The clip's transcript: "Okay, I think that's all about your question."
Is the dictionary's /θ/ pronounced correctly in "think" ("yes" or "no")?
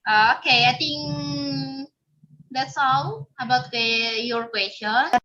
no